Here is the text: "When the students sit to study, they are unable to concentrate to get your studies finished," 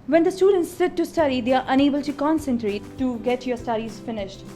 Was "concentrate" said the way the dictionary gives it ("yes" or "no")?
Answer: yes